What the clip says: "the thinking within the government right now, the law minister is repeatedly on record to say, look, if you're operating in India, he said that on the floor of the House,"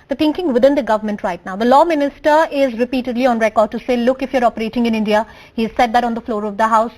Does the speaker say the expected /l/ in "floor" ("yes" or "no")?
yes